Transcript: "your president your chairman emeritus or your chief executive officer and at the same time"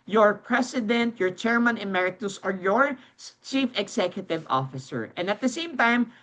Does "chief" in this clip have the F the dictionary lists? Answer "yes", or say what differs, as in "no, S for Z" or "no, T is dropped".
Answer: yes